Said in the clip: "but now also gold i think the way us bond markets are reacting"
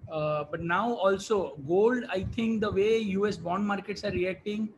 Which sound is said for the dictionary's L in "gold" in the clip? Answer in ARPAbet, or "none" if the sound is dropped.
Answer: L